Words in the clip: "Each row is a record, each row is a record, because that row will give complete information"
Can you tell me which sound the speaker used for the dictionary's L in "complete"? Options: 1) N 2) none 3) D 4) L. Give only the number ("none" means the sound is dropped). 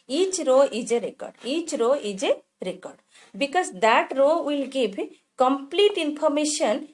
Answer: 4